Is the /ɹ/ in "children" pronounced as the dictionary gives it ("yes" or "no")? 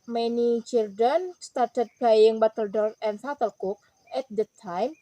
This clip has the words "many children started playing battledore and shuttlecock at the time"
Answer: no